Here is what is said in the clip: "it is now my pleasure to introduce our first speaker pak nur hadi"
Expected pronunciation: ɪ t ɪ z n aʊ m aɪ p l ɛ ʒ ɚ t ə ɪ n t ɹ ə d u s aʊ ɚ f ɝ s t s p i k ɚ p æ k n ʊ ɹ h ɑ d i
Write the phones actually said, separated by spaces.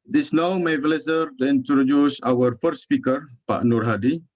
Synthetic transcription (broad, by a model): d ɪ s n aʊ m aɪ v l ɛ s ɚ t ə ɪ n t ɹ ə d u s aʊ ɚ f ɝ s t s p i k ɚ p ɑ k n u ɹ h ɑ d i